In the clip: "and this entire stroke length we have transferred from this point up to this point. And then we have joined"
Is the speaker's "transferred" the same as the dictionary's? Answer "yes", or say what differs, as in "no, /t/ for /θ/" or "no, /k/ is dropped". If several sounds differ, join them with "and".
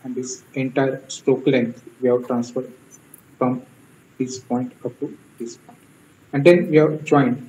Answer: yes